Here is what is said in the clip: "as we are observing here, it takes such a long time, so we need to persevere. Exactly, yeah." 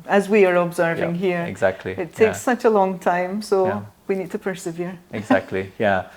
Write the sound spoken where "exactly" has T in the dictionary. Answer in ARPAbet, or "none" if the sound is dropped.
T